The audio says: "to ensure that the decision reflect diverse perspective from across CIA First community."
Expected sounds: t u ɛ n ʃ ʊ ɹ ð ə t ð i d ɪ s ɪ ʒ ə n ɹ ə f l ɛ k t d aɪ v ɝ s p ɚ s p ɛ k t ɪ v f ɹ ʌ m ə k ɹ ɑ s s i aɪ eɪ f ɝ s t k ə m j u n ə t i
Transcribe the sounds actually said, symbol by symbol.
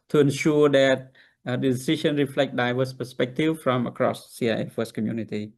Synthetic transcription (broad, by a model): t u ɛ n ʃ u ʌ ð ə t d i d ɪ s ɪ ʃ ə n ɹ ə f l ɛ k t d aɪ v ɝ s p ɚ s p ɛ k t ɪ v f ɹ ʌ m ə k ɹ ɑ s s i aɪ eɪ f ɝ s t k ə m j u n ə t i